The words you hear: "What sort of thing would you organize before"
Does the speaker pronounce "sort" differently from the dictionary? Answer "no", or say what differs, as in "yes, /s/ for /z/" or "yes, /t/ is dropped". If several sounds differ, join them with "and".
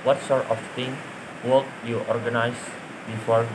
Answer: no